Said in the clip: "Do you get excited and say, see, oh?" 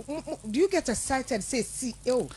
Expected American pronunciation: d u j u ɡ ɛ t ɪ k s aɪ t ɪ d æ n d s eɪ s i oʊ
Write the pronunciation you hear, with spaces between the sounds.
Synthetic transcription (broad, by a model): d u j u ɡ ɛ t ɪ s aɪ t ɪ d d s eɪ s i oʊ